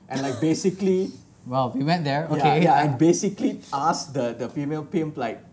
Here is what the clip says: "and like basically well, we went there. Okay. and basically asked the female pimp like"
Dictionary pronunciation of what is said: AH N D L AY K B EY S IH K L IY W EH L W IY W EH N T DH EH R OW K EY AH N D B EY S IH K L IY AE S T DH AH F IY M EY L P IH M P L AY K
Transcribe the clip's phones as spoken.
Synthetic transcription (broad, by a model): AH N L AY K B EY S IH K L IY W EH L W IY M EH T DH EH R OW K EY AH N B EY S IH K L IY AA S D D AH F IY M EY L P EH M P L AY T